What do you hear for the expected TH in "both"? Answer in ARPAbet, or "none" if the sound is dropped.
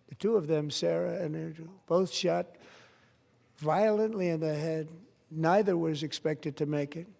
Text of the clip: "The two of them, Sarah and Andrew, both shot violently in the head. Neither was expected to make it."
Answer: TH